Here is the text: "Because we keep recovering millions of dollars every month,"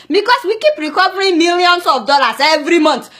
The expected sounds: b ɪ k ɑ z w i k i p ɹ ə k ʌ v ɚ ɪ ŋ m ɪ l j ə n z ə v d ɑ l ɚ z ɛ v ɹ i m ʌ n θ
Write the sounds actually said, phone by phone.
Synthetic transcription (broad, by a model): b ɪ k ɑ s w i k i p ɹ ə k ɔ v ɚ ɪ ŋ m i l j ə n s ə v d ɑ l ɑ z ɛ v ɹ i m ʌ n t